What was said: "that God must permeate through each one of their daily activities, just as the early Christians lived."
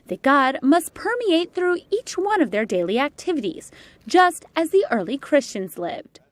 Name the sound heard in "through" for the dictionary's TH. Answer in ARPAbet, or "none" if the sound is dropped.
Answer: TH